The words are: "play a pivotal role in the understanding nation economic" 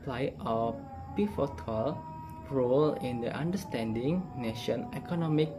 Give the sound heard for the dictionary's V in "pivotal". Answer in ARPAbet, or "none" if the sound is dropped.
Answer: F